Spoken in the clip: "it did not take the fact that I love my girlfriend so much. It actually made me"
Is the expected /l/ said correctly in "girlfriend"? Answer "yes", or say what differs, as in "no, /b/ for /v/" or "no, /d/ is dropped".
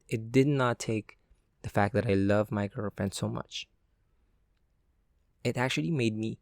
no, /l/ is dropped